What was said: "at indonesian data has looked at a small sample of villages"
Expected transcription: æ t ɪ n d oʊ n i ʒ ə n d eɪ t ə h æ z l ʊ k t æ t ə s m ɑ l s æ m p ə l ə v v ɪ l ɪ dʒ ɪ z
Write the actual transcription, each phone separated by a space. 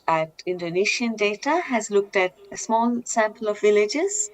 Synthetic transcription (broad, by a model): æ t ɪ n d oʊ n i ʃ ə n d eɪ t ə h æ z l ʊ k t æ t ə s m ɑ l s æ m p ə l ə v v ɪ l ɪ dʒ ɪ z